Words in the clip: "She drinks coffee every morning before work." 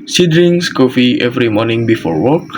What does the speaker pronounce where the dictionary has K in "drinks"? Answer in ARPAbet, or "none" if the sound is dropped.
none